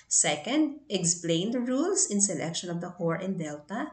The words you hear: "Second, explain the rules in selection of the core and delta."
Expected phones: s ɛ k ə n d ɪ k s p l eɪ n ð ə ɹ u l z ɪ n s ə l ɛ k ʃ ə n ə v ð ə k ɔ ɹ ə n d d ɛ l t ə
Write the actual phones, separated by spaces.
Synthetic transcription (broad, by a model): s ɛ k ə n d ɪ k s p l eɪ n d ɹ u l s ɪ n s ə l ɛ k ʃ ə n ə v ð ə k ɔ ɹ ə n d d ɛ l t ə